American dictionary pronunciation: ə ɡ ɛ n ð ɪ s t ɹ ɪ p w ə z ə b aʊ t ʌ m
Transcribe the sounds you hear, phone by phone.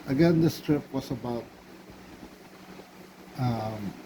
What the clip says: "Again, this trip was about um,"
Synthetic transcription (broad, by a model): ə ɡ ɛ n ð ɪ s t ɹ ɪ p w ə s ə b aʊ t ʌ m